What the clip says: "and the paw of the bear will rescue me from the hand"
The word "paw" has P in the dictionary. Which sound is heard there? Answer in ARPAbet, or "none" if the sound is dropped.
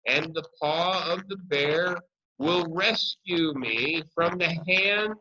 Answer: P